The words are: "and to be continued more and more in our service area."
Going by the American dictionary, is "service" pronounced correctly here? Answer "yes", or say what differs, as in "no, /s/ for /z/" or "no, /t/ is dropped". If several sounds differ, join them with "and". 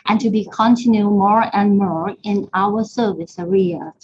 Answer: yes